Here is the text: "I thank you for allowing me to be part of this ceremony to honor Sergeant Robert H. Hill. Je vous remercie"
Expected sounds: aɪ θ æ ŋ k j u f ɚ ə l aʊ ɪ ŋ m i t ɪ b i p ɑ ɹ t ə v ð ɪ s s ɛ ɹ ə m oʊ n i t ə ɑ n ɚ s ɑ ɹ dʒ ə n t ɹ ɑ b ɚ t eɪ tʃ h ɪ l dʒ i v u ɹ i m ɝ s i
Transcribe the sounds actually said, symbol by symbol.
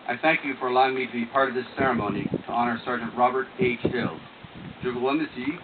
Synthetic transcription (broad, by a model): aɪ θ æ ŋ k j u f ɚ ə l aʊ ɪ ŋ m i t ɪ b i p ɑ ɹ t ə v ð ɪ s s ɛ ɹ ə m oʊ n i t ə ɑ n ɚ s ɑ ɹ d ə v ɹ ɑ b ɚ t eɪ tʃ h ɪ l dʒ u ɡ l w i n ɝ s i